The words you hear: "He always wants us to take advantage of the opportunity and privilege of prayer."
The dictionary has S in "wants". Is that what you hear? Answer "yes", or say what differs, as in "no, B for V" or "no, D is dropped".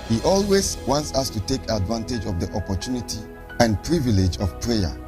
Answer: yes